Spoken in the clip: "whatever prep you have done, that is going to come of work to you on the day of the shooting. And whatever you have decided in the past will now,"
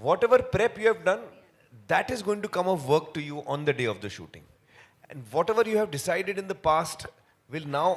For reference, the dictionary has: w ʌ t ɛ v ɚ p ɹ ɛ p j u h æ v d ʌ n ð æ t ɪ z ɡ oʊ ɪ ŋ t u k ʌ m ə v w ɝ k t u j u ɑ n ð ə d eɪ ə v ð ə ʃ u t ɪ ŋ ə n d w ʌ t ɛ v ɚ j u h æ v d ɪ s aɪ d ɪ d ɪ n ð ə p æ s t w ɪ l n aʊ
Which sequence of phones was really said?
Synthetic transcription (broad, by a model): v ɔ t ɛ v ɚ p ɹ ɛ p j u h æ v d ʌ n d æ t ɪ z ɡ oʊ ɪ ŋ t u k ʌ m ə v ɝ k t u j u ɑ n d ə d eɪ ə v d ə ʃ u t ɪ ŋ ə n d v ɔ t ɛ v ɚ j u h æ v d ɪ s aɪ d ɪ d ɪ n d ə p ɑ s t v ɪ l n aʊ